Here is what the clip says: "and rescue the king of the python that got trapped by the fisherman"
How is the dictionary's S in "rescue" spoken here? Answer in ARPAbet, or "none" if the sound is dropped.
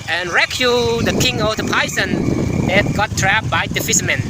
none